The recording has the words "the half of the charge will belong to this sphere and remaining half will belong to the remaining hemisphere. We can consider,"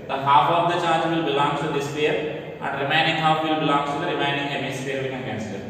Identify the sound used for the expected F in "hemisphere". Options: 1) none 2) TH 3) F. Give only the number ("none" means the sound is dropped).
1